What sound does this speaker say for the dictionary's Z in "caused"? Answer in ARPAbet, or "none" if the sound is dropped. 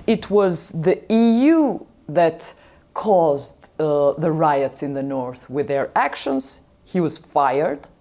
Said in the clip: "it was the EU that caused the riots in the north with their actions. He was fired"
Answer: Z